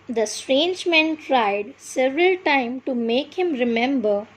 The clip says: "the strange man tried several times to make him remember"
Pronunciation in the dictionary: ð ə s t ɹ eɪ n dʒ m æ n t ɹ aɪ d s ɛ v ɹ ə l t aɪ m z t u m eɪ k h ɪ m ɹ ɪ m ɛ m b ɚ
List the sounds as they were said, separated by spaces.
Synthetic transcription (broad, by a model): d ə s t ɹ eɪ n dʒ m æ n t ɹ aɪ d s ɛ v ɹ ə l t aɪ m t u m eɪ k h ɪ m ɹ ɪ m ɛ m b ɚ